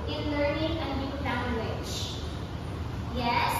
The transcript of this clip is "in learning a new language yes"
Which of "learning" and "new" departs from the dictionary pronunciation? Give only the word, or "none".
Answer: none